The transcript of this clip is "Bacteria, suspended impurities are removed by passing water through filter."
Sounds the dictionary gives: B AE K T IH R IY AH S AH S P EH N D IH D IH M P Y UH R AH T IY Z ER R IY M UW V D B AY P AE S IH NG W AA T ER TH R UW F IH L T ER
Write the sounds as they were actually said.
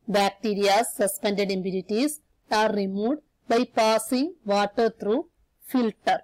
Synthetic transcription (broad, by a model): B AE K T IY R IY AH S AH S P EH N D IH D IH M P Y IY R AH T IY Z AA R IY M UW D B AY P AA S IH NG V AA T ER T R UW F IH L T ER